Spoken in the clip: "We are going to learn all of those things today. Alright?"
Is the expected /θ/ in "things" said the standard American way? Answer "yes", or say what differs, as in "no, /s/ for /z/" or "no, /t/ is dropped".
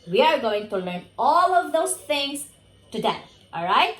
no, /t/ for /θ/